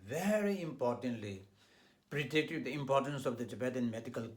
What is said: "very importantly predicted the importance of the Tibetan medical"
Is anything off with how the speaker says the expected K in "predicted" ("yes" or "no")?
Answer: yes